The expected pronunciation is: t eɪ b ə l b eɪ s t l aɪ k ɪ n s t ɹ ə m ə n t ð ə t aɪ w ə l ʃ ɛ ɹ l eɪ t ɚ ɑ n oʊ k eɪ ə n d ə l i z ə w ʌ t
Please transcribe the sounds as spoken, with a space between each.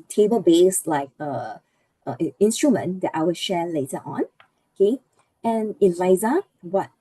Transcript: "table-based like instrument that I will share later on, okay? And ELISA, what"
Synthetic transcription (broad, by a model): t eɪ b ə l b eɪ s l aɪ k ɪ n s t ɹ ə m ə n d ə t aɪ w ə l ʃ ɛ l eɪ t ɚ ɑ n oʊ k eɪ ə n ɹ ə ɪ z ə w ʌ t